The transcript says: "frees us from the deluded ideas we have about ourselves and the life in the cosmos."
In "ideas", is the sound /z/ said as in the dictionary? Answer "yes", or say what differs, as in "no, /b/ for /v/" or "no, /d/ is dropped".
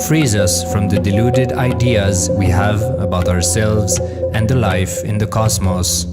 yes